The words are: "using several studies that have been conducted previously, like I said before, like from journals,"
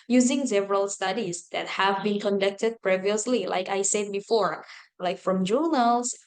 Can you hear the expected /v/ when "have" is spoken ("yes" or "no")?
yes